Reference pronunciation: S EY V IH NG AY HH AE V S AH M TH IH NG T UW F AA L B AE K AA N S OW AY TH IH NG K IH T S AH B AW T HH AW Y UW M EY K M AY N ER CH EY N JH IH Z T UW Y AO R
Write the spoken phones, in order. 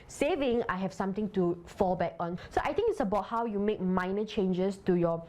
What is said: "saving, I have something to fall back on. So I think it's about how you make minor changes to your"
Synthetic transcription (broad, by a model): S EY V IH NG AY HH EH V S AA M T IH NG T UW F AA L B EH K AA N S OW AY T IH NG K IH T S AH B AW T HH AW Y UW M EY K M AY N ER CH EY N JH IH S T UW Y AO